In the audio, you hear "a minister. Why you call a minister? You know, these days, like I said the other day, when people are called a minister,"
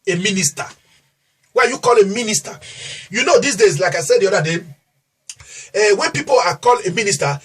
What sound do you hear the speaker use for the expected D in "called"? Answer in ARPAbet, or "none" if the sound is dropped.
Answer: none